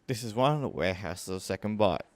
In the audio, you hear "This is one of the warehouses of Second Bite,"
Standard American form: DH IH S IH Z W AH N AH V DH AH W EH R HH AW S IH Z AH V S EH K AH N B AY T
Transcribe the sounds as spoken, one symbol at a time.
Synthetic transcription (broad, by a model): DH IH S IH Z W AH N AH V DH AH W EH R HH AW S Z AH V S EH K AH N B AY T